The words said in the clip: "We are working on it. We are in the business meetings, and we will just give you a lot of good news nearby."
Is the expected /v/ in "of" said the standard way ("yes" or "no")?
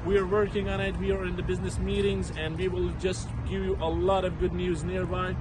yes